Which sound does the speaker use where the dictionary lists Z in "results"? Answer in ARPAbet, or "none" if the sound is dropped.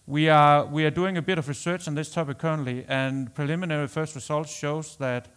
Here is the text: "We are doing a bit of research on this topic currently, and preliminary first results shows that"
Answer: S